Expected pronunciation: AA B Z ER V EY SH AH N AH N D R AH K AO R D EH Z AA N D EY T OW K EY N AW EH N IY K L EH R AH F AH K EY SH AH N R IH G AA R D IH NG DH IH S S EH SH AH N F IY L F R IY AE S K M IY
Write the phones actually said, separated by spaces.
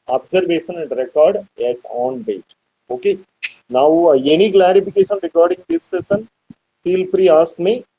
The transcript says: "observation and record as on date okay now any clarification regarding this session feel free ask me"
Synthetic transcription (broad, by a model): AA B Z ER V EY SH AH N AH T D R AH K AO R D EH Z AA N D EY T OW K EY N AW EH N IY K L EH R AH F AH K EY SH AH N R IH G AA R D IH NG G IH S S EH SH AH N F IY L P R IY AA S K M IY